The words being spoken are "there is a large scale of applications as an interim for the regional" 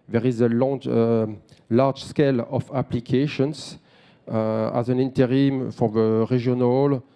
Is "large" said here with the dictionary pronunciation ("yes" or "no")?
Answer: no